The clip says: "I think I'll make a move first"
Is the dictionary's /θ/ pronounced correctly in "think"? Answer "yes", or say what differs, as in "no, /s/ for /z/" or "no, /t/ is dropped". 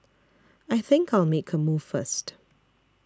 yes